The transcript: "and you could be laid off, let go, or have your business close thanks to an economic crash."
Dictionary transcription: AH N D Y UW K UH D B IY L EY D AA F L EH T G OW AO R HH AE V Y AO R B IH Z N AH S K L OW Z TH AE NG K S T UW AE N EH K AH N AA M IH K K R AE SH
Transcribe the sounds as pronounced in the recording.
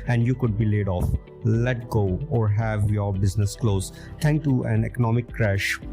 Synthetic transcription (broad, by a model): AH N D Y UW K UH D B IY L EY D AA F L EH T G OW AO R HH AE V Y AO R B IH Z N AH S K L OW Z T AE NG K T UW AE N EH K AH N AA M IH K K R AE SH